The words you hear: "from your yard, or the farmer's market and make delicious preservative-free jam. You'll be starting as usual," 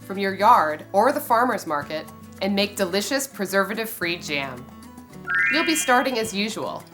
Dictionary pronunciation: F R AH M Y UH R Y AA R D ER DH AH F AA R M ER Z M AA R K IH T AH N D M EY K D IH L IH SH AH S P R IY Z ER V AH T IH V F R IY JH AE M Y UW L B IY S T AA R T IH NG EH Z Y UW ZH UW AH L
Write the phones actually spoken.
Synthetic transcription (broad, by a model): F R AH M Y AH R Y AA R D ER DH AH F AA R M ER Z M AA R K IH T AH N M EY K D IH L IH SH AH S P R IY Z ER V AH T IH V F R IY JH AE M Y UW L B IY S T AA R T IH NG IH Z Y UW ZH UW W L